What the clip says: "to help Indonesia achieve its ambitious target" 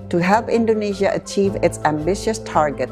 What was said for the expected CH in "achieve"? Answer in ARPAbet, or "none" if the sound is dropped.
CH